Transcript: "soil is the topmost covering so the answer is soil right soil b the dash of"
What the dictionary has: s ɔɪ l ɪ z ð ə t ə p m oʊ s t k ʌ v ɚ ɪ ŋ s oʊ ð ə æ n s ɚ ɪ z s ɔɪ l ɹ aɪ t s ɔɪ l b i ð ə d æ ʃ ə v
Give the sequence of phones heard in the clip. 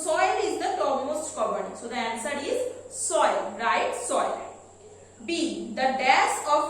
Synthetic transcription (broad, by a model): s ɔɪ l ɪ z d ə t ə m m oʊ s t k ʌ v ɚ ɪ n s oʊ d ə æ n s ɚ ɪ z s ɔɪ l ɹ aɪ t s ɔɪ l b i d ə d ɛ s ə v